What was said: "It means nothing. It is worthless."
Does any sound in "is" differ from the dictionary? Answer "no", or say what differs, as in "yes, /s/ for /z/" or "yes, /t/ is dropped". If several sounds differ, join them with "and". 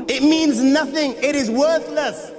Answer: no